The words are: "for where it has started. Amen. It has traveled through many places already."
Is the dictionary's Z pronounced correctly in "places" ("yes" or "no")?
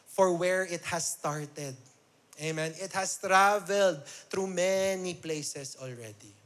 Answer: no